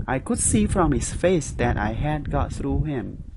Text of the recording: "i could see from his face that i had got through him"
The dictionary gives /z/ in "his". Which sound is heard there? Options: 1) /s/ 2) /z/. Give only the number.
1